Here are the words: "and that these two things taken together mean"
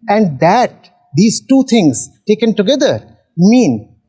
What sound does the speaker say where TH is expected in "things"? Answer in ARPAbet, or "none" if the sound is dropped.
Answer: T